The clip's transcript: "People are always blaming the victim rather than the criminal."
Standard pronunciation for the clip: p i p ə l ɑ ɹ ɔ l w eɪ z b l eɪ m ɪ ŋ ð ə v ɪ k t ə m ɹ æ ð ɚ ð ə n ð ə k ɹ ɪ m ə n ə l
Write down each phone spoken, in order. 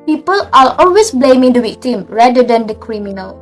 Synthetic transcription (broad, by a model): p i p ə l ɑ l ɔ l w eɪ s b l eɪ m ɪ ŋ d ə w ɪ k t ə m ɹ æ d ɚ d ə n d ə k ɹ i m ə n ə l